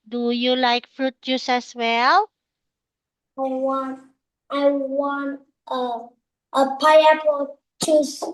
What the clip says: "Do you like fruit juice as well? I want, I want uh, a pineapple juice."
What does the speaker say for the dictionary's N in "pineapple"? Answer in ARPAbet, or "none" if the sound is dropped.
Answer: none